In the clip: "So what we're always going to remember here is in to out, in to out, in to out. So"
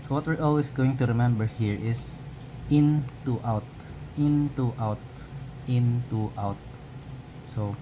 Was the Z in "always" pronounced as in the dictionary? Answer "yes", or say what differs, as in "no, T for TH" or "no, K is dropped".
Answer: no, S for Z